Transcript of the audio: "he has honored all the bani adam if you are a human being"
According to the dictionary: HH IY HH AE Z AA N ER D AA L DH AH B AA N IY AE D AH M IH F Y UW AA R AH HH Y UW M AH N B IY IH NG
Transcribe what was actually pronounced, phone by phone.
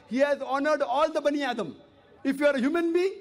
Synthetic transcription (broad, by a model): HH IY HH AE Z AA N ER D AA L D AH B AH N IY AE D AH M IH F Y UW AA R AH HH Y UW M AH N B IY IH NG